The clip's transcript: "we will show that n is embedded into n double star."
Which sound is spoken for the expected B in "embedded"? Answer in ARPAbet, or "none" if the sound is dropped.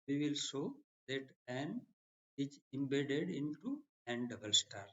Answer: B